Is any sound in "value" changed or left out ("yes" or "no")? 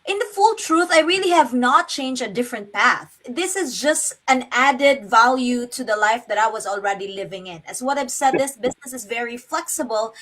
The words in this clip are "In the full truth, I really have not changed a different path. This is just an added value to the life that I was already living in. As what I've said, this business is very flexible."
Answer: no